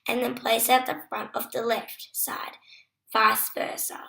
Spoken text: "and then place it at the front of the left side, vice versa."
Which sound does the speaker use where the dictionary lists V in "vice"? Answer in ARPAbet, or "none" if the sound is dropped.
F